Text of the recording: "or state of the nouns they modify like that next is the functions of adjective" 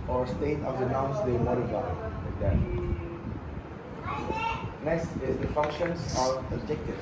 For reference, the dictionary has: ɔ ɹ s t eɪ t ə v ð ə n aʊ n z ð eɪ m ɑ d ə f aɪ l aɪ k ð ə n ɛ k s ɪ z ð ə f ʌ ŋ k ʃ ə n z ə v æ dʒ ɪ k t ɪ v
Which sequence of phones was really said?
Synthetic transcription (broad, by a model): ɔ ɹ s t eɪ t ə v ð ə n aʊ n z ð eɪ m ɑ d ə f aɪ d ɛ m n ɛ s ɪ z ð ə f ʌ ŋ k ʃ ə n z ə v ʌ dʒ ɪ k t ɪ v